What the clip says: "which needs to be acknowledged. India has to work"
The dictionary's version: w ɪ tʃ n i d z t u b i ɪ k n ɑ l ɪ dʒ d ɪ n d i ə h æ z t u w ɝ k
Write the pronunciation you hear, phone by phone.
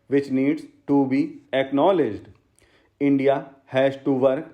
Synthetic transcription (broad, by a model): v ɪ tʃ n i d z t u b i ɪ k n ɑ l ɪ dʒ d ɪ n d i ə h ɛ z t u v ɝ k